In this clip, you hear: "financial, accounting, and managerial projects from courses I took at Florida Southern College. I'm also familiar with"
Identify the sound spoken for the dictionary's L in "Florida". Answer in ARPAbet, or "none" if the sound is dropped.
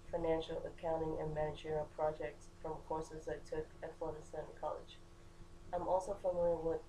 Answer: none